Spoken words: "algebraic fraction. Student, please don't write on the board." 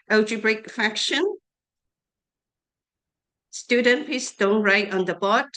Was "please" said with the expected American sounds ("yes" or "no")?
no